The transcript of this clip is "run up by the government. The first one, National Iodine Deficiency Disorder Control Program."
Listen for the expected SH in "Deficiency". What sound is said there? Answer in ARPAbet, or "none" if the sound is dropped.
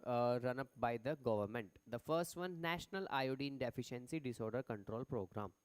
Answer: SH